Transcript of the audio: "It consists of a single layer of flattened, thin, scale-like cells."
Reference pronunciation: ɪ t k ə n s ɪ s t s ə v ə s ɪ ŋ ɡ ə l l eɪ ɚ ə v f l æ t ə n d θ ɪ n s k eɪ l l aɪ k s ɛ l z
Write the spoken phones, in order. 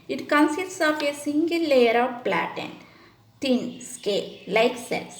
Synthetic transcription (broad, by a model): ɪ t k ə n s ɪ s t s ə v ə s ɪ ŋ ɡ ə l l eɪ ɚ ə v p l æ t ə n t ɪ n s k eɪ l l aɪ k s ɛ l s